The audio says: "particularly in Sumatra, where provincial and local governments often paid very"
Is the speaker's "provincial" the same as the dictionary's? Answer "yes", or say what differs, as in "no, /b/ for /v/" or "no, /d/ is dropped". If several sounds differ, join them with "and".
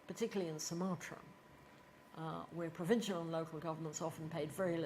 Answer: yes